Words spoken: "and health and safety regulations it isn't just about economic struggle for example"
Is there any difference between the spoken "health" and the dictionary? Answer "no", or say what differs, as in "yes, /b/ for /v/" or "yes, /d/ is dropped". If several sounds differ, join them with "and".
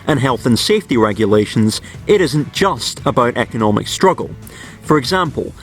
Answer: no